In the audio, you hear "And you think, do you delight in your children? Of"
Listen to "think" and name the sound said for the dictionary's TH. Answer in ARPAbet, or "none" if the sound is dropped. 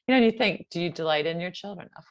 TH